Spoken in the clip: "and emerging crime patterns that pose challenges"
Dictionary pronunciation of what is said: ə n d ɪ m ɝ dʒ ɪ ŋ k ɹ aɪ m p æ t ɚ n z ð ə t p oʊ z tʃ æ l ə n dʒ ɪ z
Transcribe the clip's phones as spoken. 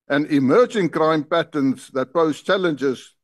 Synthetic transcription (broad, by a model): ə n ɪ m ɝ dʒ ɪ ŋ k ɹ aɪ m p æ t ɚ n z ð ə t b oʊ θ tʃ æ l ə n dʒ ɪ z